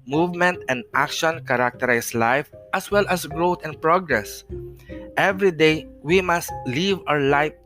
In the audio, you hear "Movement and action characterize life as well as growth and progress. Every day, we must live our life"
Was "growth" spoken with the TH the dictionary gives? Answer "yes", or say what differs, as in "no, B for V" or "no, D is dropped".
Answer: no, T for TH